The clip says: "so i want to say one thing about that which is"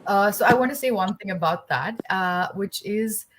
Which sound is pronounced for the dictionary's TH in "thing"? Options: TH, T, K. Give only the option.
TH